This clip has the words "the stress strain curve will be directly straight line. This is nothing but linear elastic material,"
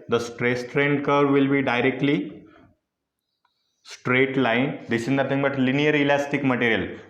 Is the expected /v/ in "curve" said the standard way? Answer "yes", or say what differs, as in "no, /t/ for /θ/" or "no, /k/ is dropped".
yes